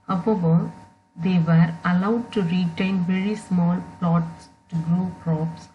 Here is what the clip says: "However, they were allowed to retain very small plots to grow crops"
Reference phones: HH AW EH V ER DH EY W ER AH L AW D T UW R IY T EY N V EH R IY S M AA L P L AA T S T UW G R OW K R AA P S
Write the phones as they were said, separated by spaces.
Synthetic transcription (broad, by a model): HH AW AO V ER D EY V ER AH L AW D T UW R IY T EY N V EH R IY S M AA L P L AA T S T UW G R OW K R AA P S